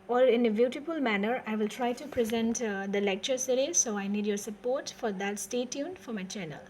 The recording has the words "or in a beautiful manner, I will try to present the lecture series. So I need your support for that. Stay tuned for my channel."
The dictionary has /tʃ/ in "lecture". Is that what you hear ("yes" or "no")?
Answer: yes